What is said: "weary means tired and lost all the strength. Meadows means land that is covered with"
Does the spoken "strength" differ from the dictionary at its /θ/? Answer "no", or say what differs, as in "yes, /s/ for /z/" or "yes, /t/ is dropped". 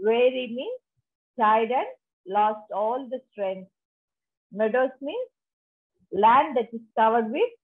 yes, /s/ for /θ/